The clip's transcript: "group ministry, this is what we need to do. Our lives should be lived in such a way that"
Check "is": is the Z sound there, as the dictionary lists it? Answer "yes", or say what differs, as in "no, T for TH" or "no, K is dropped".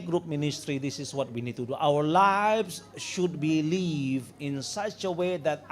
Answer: no, S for Z